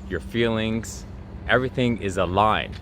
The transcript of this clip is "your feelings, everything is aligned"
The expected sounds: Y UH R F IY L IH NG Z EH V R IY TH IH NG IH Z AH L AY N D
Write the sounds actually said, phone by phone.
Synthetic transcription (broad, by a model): Y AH R F IY L IH NG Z EH V R IY TH IH NG IH Z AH L AY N